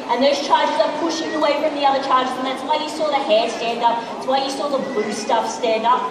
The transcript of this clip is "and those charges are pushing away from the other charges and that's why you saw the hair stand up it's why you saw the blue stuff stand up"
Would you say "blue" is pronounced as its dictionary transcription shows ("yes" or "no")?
no